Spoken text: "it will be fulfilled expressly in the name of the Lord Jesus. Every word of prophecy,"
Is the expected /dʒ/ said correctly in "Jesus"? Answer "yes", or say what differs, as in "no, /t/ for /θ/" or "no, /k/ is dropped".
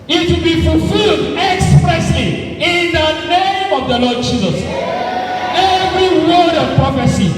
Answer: yes